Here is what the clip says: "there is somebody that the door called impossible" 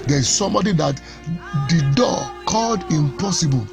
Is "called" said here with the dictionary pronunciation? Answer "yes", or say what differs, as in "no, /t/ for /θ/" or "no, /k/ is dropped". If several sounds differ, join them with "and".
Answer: yes